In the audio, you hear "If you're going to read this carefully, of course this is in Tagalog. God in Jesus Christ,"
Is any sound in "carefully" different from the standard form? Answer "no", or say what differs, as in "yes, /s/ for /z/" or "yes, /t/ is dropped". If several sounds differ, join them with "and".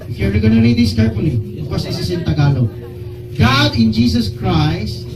yes, /p/ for /f/